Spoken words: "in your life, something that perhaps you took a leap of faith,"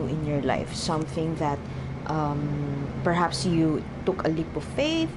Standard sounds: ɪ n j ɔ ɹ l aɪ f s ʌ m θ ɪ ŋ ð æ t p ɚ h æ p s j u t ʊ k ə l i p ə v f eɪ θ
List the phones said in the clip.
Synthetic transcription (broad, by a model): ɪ n j ɔ ɹ l aɪ f s ʌ m θ ɪ ŋ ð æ t p ɚ h æ p s j u t ʊ k ə l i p ə v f eɪ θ